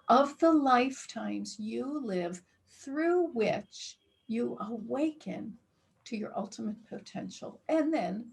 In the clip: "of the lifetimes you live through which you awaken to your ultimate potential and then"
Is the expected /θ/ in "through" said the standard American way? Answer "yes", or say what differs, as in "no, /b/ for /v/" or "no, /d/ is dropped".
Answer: yes